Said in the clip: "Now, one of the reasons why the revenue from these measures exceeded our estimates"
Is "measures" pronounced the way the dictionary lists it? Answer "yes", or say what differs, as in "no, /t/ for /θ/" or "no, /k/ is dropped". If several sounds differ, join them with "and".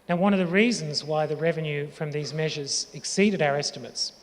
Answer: yes